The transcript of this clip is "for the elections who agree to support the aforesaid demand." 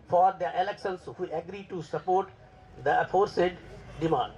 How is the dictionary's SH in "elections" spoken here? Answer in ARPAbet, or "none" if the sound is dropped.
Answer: S